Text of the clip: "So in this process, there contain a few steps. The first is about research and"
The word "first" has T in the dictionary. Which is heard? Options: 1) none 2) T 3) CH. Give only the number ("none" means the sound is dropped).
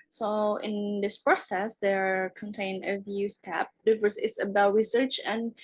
1